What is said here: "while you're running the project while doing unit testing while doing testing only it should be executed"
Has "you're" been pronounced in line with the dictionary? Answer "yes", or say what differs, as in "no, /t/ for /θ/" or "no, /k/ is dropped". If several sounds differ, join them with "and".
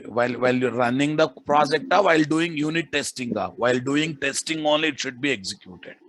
no, /l/ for /ɹ/